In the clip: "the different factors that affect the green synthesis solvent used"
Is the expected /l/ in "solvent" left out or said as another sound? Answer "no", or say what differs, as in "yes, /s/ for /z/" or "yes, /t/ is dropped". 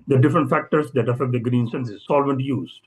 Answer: no